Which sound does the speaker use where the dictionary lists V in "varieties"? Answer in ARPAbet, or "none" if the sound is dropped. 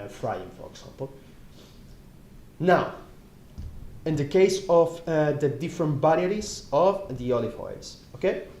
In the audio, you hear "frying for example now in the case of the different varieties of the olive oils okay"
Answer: B